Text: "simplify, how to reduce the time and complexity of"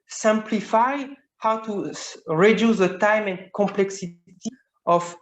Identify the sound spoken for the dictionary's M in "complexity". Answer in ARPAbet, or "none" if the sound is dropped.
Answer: M